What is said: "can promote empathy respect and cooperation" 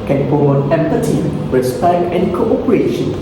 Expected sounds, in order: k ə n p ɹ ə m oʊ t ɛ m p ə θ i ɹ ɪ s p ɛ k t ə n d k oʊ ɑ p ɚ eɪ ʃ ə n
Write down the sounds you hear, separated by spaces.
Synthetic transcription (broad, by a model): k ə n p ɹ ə oʊ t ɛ m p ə t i ɹ ɪ s p ɛ k t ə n k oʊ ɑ p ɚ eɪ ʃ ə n